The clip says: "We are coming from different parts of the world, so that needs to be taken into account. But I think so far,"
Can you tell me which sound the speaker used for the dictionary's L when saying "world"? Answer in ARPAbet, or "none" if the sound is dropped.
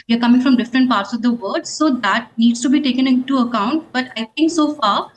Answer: none